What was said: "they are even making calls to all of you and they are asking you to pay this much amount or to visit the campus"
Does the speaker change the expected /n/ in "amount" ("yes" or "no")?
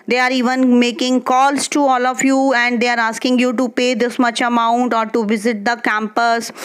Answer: no